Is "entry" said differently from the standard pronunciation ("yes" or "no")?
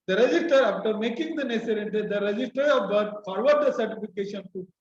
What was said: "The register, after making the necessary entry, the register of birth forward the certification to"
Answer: yes